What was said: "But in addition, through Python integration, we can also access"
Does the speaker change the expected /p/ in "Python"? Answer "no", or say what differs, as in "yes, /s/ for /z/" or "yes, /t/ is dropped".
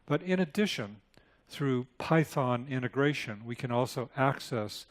no